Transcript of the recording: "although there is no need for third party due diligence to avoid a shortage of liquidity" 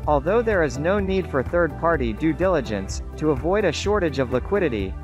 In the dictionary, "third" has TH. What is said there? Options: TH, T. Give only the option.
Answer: TH